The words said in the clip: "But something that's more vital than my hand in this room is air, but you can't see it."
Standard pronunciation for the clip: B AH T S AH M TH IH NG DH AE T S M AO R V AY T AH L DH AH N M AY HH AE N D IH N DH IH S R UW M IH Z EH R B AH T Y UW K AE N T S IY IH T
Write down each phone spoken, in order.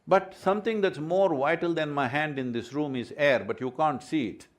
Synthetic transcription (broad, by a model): B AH T S AH M T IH NG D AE T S M AO R V AY T AH L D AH N M AY HH AE N D IH N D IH S R UW M IH Z EH R B AH T Y UW K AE N T S IY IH T